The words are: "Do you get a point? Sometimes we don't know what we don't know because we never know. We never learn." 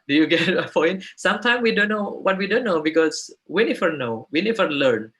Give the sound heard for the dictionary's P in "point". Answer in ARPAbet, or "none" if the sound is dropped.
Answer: F